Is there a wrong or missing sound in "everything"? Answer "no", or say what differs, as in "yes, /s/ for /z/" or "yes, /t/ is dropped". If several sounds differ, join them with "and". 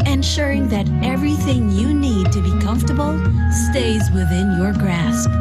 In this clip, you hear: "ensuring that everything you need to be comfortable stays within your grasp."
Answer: no